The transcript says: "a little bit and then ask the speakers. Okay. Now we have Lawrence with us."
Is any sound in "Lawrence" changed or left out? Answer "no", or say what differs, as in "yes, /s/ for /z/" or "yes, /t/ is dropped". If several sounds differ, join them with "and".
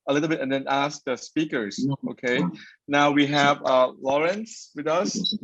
no